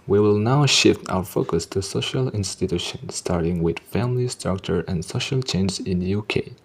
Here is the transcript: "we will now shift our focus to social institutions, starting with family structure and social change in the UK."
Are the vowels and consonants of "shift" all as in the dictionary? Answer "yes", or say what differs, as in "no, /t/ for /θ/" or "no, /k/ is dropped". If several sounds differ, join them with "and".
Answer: yes